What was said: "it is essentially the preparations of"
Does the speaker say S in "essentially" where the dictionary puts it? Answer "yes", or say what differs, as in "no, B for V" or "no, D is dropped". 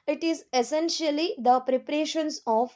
yes